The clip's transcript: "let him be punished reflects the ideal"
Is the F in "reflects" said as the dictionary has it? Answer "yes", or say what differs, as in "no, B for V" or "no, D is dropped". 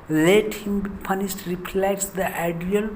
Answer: no, P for F